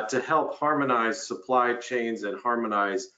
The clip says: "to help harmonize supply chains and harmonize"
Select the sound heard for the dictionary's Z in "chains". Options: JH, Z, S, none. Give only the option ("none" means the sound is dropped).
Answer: Z